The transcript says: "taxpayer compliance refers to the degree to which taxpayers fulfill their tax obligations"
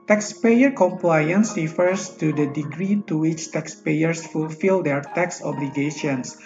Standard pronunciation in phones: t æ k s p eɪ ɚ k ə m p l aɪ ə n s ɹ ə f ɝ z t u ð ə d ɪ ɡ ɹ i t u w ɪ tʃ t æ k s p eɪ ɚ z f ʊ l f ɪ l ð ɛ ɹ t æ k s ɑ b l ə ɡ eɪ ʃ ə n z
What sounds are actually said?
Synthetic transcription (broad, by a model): t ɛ k s p eɪ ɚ k ə m p l aɪ ə n s ɹ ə f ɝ s t u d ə d ɪ ɡ ɹ i t u w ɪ tʃ t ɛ k s p eɪ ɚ s f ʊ l f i l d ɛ ɹ t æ k s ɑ b l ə ɡ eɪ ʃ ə n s